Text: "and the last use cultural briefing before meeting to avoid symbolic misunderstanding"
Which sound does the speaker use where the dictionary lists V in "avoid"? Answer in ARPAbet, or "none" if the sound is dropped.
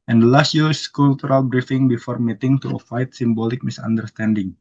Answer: F